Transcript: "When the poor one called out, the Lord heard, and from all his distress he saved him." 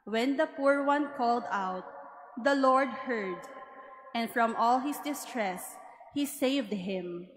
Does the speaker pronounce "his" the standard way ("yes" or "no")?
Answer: no